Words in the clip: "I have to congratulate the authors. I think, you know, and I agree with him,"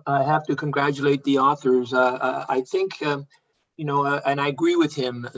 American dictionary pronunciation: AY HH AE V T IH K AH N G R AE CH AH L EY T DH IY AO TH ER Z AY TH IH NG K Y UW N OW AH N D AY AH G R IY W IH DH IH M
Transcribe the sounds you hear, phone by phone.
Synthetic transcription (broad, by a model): AY HH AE F T IH K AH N G R AE CH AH L EY T DH IY AO TH ER Z AY TH IH NG K Y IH N OW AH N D AY AH G R IY W IH DH IH M